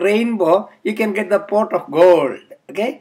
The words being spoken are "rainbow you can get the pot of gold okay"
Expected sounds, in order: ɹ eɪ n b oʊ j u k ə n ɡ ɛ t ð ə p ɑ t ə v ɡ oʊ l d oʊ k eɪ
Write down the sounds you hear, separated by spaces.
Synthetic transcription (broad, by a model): ɹ eɪ n b oʊ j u k ə n ɡ ɛ t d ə p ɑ t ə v ɡ oʊ l d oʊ k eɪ